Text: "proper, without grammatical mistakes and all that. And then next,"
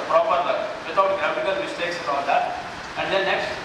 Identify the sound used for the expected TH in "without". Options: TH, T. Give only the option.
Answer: T